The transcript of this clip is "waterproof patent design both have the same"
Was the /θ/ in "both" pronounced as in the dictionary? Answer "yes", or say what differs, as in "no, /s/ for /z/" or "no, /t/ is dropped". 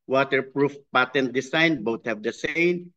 no, /t/ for /θ/